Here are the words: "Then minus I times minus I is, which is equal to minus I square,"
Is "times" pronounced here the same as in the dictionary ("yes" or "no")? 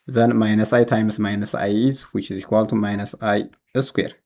no